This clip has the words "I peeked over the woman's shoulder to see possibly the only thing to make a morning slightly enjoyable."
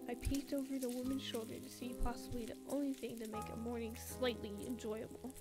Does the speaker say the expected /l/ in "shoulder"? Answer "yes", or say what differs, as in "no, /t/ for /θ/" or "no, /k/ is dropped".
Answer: yes